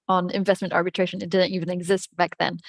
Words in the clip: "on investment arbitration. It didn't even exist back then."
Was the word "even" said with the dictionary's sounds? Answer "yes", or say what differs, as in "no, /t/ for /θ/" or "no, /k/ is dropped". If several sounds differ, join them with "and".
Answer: yes